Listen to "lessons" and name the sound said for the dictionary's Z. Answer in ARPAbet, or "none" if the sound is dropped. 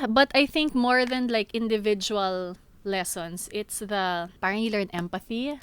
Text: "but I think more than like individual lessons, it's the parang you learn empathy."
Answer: S